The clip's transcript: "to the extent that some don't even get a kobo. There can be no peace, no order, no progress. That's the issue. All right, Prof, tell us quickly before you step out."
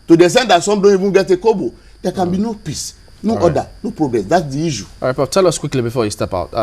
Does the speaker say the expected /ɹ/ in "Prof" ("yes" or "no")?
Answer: no